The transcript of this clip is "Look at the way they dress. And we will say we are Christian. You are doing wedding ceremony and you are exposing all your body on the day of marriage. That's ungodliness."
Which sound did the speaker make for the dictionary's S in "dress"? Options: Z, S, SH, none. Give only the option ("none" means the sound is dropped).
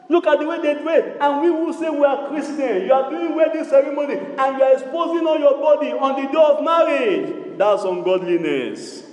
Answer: none